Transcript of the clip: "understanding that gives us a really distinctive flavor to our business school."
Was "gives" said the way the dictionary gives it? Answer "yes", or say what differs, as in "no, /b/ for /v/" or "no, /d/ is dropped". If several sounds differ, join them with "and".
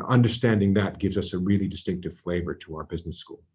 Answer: yes